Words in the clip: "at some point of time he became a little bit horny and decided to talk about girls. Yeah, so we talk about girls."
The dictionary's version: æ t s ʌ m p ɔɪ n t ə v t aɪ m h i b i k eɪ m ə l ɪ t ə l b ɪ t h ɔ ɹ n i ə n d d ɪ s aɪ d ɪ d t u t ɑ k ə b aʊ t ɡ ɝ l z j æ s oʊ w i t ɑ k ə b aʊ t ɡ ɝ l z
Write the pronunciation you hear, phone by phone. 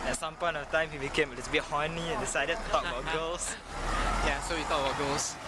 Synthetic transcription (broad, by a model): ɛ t s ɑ m p ɔɪ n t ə f t aɪ m h i b i k eɪ m ə l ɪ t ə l b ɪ t h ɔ n i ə n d d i s aɪ d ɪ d t u t ɑ k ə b aʊ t ɡ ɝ l s j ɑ s oʊ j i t ɑ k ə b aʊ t ɡ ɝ l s